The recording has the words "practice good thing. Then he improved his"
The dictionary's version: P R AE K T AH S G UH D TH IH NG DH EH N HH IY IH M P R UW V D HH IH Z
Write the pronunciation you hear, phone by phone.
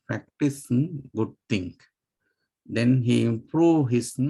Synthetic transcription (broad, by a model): P R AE K T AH S G UH D T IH NG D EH N HH IY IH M P R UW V HH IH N